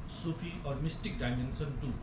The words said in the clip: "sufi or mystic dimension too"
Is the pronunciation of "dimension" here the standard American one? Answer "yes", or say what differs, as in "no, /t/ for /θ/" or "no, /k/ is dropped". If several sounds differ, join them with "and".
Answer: no, /s/ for /ʃ/